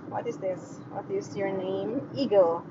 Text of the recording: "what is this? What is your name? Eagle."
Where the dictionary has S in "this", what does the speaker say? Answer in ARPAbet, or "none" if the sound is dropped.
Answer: S